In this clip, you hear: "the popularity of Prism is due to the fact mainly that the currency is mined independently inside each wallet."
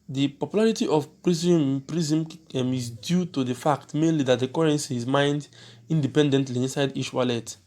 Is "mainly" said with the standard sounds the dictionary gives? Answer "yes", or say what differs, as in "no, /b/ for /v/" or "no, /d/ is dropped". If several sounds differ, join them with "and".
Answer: yes